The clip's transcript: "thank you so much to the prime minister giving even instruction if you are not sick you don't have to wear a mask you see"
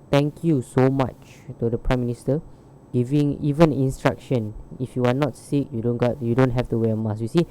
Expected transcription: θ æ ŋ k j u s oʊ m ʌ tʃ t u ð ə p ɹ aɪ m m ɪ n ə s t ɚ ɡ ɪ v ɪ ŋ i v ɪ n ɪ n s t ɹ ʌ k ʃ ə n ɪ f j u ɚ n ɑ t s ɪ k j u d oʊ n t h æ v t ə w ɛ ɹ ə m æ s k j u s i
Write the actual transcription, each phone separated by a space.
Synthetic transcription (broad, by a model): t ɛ ŋ k j u s oʊ m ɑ tʃ t u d ə p ɹ aɪ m m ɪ n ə s t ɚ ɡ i v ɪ ŋ i v ɪ n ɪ n s t ɹ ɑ k ʃ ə n ɪ f j u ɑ n ɑ t s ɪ k j u d oʊ n t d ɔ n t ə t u w ə m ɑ s j u s i